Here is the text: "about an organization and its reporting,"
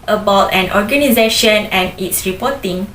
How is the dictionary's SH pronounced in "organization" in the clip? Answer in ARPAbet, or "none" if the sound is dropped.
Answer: SH